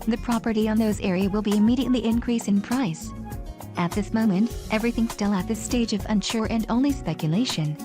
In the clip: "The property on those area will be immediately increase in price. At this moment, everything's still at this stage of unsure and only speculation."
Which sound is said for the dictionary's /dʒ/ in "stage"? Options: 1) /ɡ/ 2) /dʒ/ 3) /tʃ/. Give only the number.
2